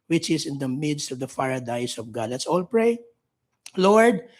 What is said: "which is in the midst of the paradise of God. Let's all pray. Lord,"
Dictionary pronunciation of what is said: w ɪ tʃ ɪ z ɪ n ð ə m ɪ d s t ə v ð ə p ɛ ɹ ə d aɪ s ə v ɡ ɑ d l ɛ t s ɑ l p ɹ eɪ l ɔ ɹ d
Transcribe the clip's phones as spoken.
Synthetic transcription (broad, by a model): w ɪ tʃ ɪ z ɪ n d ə m ɪ d s t ə v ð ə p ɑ ɹ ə d aɪ s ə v ɡ ɑ d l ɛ t s ɑ l p ɹ eɪ l ɔ ɹ d